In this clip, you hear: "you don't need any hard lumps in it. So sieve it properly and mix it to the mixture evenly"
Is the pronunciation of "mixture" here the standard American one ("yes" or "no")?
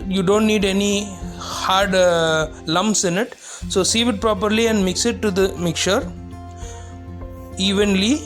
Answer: no